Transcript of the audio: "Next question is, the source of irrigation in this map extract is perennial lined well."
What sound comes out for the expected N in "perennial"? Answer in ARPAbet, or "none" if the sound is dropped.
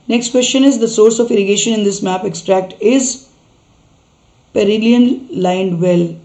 L